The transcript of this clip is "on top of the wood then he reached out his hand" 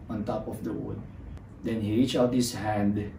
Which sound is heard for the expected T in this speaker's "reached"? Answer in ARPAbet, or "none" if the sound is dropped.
none